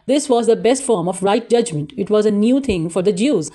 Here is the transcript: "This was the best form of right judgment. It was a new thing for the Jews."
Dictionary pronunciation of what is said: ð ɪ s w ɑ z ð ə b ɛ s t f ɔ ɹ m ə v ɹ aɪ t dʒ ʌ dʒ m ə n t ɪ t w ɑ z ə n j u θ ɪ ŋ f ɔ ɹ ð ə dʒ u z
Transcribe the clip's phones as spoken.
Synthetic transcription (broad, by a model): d ɪ s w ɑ z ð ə b ɛ s t f ɔ ɹ m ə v ɹ aɪ t dʒ ʌ dʒ m ə n t ɪ t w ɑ z ə n j u t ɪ ŋ f ɔ ɹ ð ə dʒ u z